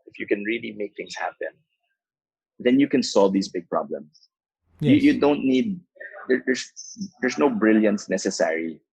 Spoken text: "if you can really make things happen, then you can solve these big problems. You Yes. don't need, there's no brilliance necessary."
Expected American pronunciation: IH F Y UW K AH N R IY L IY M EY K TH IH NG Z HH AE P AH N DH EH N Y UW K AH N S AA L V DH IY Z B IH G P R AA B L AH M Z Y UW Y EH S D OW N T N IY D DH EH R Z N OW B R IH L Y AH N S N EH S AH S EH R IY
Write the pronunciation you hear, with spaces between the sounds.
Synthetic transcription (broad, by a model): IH F Y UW K AH N R IY L IY M EY K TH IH NG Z HH AE P AH N DH EH N Y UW K AH N S AA L V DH IY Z B IH G P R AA B L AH M S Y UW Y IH D OW N T N IY D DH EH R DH N OW B R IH L Y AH N S N EH S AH S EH R IY